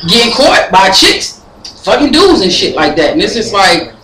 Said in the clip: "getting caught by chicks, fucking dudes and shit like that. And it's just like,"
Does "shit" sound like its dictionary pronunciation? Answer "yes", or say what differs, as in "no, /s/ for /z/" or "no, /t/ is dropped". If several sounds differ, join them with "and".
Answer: yes